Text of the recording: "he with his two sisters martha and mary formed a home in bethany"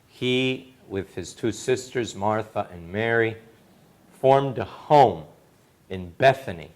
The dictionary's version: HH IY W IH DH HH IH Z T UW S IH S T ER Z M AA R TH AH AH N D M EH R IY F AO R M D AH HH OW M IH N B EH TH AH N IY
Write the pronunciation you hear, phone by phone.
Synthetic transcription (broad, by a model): HH IY W IH DH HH IH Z T UW S IH S T ER Z M AA R TH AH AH N M EH R IY F AO R M D AH HH OW M IH N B EH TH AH N IY